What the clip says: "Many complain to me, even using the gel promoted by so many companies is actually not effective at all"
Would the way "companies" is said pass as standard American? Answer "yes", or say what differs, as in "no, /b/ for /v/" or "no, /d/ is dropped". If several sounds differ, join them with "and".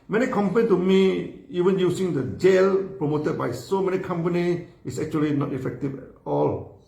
no, /z/ is dropped